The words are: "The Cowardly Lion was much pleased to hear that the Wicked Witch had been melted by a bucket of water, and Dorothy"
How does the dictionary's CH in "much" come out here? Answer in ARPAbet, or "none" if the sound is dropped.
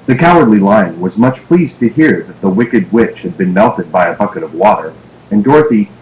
CH